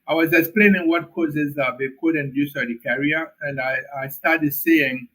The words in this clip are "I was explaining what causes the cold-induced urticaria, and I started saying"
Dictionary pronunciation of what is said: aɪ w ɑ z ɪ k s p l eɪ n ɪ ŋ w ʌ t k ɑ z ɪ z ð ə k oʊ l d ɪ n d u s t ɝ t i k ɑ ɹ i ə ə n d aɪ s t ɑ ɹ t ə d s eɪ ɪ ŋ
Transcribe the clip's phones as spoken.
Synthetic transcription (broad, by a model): aɪ w ɑ z ɪ k s p l eɪ n ɪ ŋ w ʌ t k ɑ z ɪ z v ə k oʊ d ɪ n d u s ɝ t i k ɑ ɹ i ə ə n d aɪ s t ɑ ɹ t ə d s eɪ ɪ ŋ